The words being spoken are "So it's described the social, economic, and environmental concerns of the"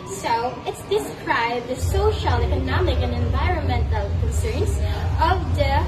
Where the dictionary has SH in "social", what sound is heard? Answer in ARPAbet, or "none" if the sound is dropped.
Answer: SH